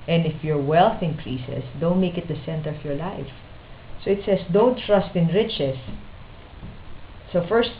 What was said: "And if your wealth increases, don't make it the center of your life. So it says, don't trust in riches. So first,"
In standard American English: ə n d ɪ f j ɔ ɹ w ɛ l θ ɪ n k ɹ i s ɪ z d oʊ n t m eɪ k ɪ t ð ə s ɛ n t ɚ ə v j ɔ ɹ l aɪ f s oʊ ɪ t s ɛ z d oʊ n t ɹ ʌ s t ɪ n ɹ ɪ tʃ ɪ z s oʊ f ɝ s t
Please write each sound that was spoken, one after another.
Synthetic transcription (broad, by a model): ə n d ɪ f j ɔ ɹ w ɛ l θ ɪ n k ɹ i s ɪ s d oʊ n t m eɪ k ɪ t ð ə s ɛ n t ɚ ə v j ɔ ɹ l aɪ f s oʊ ɪ t s ɛ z d oʊ n t ɹ ʌ s t ɪ n ɹ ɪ tʃ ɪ s oʊ f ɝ s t